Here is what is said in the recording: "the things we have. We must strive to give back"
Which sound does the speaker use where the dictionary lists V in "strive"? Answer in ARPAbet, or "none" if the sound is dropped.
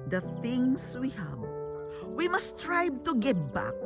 B